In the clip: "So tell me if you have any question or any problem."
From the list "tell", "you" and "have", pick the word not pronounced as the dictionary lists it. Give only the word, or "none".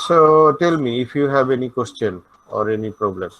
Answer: have